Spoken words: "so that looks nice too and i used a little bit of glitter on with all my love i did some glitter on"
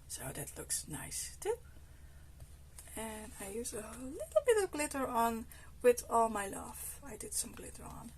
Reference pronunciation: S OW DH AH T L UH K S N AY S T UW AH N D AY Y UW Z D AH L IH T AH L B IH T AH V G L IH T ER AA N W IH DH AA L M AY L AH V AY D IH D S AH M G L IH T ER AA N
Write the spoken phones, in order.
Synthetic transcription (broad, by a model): S OW DH AH T L UH K S N AY S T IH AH N AY Y UW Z AH L IH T L B IH T AH V G L IH T ER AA N W IH DH AA L M AY L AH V AY D IH D S AH M G L IH T ER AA N